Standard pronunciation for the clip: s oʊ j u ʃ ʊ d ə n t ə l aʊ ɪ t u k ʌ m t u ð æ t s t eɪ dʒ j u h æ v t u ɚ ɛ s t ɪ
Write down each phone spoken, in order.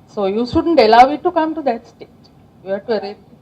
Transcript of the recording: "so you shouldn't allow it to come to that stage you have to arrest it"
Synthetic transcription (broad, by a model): s oʊ j u ʃ ʊ d ə n t ə l aʊ ɪ t u k ʌ m t u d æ t s t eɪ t j u h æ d t u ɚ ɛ t